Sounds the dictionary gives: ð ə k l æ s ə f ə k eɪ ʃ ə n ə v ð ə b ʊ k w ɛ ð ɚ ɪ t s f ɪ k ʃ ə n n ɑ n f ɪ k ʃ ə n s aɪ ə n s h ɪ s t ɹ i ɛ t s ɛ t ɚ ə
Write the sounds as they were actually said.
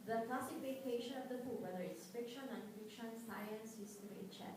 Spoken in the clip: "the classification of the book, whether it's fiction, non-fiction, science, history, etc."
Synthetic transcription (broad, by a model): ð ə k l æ s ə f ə k eɪ ʃ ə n ə v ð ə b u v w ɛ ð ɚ ɪ t s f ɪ k ʃ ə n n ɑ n f ɪ k ʃ ə n s aɪ ə n s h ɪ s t i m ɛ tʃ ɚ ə